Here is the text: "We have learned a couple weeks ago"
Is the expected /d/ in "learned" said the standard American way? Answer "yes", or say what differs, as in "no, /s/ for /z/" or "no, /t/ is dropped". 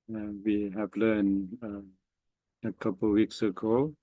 no, /d/ is dropped